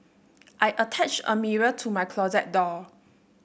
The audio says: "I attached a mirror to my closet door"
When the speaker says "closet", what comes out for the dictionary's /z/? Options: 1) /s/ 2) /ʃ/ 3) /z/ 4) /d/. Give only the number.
3